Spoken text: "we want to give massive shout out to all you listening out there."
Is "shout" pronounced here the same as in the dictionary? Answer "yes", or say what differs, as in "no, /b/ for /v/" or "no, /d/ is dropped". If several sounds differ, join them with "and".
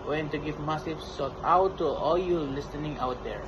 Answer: no, /s/ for /ʃ/